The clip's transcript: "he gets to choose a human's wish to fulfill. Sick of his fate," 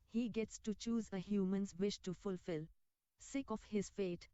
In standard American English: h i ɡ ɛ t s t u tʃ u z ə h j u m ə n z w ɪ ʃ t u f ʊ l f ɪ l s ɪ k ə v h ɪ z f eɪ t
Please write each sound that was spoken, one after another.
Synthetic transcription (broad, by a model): h i ɡ ɛ t s t u tʃ u z ə h j u m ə n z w ɪ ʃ t u f ʊ l f ɪ l s ɪ k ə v h ɪ z f eɪ t